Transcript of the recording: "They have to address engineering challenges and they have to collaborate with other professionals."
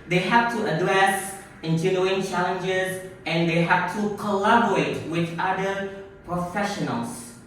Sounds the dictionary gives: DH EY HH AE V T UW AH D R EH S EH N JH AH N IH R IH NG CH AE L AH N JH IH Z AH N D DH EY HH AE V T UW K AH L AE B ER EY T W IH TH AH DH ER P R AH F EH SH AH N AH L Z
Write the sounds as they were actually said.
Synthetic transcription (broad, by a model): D EY HH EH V T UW AH D R EH S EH N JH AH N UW IH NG CH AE L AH N JH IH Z AH N D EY HH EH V T UW K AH L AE B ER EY T W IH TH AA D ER P R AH F EH SH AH N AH L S